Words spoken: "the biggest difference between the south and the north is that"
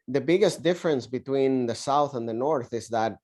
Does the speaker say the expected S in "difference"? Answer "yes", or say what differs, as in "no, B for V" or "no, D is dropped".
yes